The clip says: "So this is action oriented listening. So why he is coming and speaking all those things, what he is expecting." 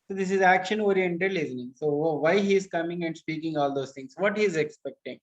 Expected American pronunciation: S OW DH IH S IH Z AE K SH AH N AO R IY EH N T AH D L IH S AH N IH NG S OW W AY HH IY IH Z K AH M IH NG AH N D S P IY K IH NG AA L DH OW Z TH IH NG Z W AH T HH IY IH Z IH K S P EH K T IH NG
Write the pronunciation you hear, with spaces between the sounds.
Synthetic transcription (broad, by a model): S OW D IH S IH Z AE K SH AH N AO R IY EH N T AH D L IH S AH N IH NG S OW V AY HH IY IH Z K AH M IH NG AH N D S P IY K IH NG AA L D OW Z T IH NG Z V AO T HH IY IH Z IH K S P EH K T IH NG